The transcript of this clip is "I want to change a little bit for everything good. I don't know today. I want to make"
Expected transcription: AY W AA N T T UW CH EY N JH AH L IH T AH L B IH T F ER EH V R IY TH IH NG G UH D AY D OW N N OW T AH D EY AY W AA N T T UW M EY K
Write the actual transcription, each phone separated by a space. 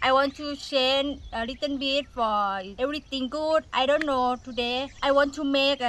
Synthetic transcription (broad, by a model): AY W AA N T T UW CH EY N AH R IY T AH N B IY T F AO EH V R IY T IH NG G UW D AY D OW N N OW T AH D EY AY W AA N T T UW M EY K